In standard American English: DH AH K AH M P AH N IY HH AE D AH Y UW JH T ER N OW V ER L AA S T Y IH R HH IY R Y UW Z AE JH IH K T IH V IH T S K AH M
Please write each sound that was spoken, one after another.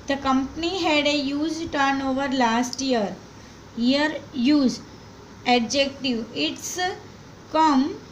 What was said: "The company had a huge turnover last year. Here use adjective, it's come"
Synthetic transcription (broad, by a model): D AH K AH M P AH N IY HH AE D AH Y UW Z T ER N OW V ER L AA S T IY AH R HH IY R Y UW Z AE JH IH K T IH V IH T S K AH M